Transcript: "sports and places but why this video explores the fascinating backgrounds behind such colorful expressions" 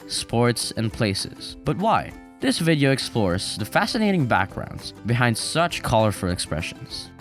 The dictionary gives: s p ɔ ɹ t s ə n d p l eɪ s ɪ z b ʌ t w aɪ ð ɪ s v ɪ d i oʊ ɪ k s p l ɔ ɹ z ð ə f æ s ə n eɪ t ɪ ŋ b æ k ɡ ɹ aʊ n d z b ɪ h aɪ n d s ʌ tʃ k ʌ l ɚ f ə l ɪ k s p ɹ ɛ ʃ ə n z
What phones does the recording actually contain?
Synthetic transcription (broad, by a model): s p ɔ ɹ t s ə n p l eɪ s ɪ z b ʌ t w aɪ ð ɪ s v ɪ d i oʊ ɪ k s p l ɔ ɹ z ð ə f æ s ə n eɪ t ɪ ŋ b æ k ɡ ɹ aʊ n d z b ɪ h aɪ n d s ʌ tʃ k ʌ l ɚ f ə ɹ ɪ k s p ɹ ɛ ʃ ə n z